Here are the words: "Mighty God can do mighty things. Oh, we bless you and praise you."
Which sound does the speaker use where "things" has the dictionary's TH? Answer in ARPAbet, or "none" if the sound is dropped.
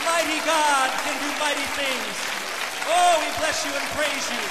TH